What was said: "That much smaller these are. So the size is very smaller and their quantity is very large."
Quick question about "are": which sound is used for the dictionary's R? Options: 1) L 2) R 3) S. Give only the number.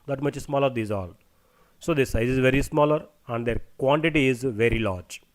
1